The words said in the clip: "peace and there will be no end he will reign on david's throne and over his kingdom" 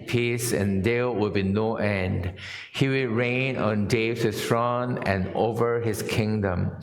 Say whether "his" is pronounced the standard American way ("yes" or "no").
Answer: no